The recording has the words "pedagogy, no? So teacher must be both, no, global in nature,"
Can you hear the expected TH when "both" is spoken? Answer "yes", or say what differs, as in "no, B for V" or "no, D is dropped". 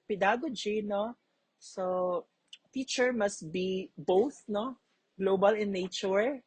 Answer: yes